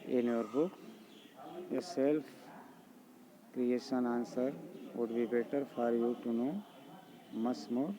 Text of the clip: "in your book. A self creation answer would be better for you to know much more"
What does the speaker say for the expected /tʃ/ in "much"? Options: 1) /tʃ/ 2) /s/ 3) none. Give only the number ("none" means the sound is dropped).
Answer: 2